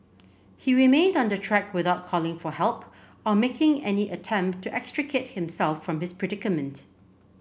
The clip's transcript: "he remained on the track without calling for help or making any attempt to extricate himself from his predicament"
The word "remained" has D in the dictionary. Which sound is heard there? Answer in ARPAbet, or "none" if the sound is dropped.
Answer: D